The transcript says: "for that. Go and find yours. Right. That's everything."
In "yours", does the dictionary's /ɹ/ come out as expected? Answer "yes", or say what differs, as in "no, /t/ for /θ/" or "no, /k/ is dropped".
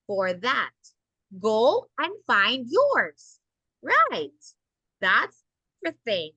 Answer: yes